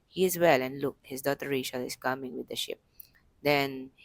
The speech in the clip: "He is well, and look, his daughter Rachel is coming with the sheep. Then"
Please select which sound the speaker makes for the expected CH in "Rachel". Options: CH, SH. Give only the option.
SH